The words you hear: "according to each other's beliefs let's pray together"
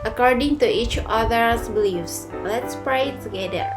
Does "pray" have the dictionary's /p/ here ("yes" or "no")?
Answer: yes